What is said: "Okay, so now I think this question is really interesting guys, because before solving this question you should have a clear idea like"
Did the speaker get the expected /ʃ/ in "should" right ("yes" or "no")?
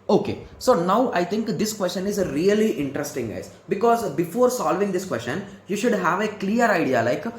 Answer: yes